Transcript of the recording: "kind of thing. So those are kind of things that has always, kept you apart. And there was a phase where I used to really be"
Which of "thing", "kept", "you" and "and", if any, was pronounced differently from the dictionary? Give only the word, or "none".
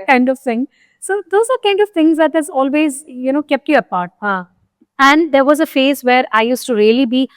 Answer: thing